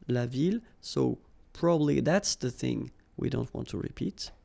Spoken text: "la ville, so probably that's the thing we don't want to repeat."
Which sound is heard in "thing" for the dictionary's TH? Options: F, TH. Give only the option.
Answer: TH